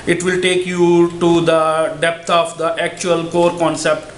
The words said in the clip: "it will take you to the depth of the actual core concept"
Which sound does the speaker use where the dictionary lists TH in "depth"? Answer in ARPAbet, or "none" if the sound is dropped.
T